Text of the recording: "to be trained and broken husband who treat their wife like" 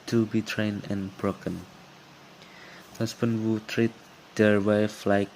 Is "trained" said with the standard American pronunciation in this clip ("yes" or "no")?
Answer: no